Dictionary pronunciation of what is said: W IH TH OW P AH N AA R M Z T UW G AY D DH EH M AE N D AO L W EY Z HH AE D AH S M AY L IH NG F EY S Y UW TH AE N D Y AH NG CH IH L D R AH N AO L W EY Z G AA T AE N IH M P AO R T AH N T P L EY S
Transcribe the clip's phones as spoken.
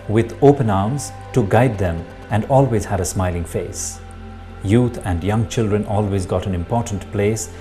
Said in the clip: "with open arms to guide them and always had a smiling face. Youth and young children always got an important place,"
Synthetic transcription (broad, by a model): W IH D OW P AH N AA R M Z T UW G AY D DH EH M AE N D AO L W EY Z HH AE D AH S M AY L IH NG F EY S Y UW T AE N D Y AH NG CH IH L D R AH N AO L W EY Z G AA T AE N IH M P AO R T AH N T P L EY S